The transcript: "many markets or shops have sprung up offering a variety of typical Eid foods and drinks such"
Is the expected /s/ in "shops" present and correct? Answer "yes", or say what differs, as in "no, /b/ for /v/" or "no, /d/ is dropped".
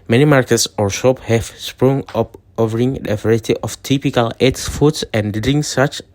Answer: no, /s/ is dropped